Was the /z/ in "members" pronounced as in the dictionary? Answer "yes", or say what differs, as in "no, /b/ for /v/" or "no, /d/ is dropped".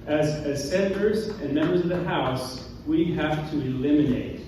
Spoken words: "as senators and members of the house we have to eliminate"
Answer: yes